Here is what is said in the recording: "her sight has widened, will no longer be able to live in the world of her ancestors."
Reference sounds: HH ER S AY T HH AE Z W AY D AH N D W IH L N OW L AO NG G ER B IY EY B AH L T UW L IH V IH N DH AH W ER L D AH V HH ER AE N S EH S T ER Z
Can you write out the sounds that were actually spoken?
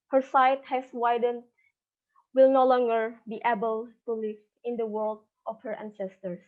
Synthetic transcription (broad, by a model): HH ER S AY T HH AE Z W AY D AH N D W IH L N OW L AO NG G ER B IY EY B AH L T UW L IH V IH N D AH W ER L D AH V HH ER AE N S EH S T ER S